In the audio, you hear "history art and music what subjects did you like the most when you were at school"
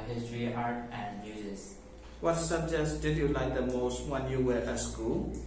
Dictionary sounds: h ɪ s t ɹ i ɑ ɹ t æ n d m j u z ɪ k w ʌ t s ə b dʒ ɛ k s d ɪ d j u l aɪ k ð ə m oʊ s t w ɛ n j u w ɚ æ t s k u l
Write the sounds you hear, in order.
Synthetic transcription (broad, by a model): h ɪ s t ɹ i ɑ ɹ t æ n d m j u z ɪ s w ʌ t s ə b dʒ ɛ s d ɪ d j u l aɪ k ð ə m oʊ s t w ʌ n j u w ɚ t s k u l